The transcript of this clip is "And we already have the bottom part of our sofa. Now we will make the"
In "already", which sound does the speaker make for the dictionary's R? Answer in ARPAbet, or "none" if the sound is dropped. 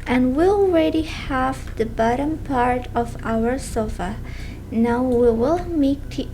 R